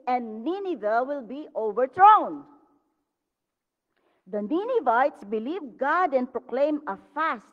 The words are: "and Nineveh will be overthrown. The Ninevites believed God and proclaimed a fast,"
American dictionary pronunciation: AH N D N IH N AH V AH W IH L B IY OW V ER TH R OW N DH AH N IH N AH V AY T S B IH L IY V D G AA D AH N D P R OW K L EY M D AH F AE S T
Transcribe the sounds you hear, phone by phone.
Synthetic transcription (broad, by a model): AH N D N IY N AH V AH W IH L B IY OW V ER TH R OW N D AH N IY N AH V AY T S B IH L IY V G AA D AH N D P R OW K L EY M AH F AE S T